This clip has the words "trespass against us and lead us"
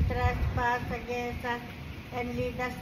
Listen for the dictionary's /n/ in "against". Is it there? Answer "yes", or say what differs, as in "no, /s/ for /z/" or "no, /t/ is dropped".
no, /n/ is dropped